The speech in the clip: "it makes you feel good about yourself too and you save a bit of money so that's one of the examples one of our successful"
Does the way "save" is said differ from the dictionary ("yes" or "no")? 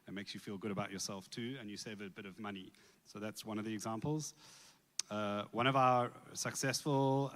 no